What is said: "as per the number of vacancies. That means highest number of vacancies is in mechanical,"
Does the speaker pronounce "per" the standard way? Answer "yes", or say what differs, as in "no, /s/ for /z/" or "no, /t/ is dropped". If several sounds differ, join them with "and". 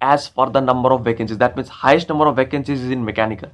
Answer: no, /f/ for /p/